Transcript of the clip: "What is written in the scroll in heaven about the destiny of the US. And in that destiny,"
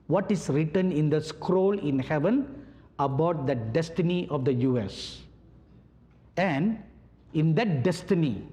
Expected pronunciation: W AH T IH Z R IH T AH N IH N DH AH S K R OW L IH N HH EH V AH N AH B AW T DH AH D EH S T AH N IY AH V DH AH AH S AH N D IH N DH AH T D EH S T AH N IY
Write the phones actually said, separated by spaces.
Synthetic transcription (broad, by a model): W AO T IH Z R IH T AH N IH N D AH S K R OW L IH N HH EH V AH N AH B AW T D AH D EH S T AH N IY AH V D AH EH S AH N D IH N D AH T D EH S T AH N IY